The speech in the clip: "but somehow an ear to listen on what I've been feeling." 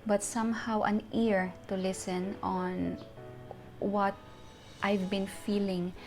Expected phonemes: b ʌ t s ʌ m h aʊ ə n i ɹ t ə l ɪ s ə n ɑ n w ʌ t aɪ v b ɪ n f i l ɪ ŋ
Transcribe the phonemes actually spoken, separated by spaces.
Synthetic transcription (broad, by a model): b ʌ t s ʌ m h aʊ ə n i ɹ t ə l ɪ s ə n ɑ n w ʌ t aɪ v b ɪ n f i l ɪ ŋ